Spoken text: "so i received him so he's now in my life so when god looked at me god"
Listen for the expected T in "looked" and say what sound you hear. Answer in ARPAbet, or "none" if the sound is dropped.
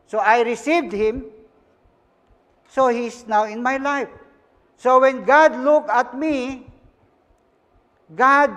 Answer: none